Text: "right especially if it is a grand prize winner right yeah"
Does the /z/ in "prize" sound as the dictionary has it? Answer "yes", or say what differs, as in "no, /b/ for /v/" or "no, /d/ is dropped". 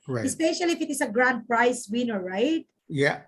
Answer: no, /s/ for /z/